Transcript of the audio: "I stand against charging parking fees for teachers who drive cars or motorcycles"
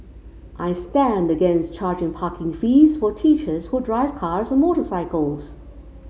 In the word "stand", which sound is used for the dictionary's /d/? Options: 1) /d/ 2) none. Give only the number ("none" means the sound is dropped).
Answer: 1